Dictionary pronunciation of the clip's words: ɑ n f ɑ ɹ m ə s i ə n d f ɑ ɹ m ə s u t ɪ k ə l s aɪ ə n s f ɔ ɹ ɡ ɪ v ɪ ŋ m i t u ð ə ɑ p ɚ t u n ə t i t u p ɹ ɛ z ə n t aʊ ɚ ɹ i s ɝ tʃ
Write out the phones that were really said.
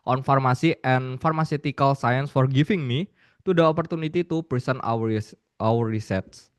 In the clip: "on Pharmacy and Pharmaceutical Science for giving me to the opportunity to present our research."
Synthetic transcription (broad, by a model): ɑ n f ɑ ɹ m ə s i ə n f ɑ ɹ m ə s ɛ t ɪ k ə l s aɪ ə n s f ɔ ɹ ɡ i f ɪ ŋ m i t u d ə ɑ p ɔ t u n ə t i t u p ɹ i s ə n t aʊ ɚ ɹ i s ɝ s